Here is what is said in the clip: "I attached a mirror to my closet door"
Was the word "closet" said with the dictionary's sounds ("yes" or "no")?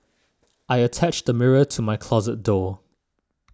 yes